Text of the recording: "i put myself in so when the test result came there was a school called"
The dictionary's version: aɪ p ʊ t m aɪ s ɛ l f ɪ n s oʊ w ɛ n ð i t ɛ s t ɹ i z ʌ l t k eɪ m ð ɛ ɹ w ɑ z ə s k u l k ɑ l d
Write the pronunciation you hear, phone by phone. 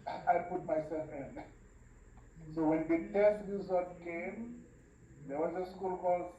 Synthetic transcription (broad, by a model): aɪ p ʊ t m aɪ s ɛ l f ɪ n s oʊ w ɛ n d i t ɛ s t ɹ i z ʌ t k eɪ m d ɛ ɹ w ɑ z ə s k u l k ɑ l